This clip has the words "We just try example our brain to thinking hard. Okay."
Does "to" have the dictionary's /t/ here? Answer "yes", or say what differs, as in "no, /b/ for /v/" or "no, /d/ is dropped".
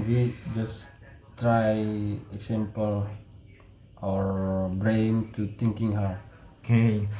yes